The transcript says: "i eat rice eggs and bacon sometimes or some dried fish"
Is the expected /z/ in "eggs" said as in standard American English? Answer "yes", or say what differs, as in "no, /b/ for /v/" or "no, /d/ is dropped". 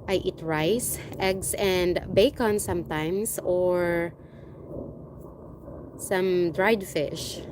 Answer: no, /s/ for /z/